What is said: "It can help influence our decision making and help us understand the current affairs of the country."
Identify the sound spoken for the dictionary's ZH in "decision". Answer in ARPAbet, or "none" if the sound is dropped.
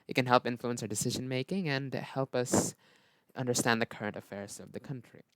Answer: ZH